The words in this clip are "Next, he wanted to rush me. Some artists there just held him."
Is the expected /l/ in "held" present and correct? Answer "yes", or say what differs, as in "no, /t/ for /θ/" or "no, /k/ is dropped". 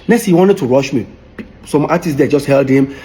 yes